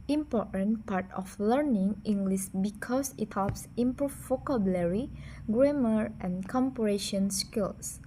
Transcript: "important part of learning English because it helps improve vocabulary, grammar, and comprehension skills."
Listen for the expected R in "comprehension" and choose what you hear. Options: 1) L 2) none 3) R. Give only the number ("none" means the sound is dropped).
2